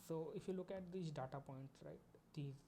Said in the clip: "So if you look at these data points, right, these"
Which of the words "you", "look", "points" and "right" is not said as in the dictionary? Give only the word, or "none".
points